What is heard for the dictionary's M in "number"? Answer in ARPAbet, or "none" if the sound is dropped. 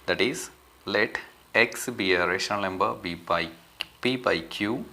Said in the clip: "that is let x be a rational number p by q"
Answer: none